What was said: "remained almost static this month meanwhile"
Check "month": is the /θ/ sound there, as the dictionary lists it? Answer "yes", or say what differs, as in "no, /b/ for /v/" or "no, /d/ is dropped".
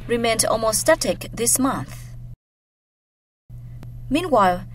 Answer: yes